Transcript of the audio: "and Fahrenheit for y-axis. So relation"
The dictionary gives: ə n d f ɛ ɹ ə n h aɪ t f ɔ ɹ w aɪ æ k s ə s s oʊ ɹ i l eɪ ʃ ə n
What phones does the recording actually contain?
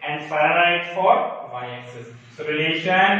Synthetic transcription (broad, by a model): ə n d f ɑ ə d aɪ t f ɔ ɹ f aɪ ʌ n s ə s s oʊ ɹ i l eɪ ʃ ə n